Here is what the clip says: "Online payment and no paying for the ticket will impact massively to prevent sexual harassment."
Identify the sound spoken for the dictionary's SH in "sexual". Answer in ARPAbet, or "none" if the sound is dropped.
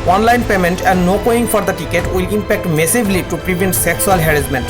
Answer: S